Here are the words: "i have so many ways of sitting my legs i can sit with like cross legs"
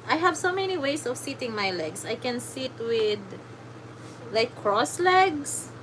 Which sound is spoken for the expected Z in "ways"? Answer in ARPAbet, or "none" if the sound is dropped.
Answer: S